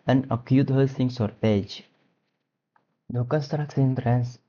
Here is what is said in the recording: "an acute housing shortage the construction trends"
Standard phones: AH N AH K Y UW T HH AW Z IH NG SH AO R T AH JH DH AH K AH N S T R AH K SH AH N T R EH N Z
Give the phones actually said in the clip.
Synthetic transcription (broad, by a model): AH N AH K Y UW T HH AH S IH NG S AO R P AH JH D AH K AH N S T R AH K S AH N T R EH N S